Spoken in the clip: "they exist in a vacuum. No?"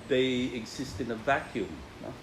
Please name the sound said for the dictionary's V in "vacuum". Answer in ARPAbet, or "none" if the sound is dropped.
V